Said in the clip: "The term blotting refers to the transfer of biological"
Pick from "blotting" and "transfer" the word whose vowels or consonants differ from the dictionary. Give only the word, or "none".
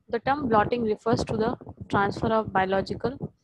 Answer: none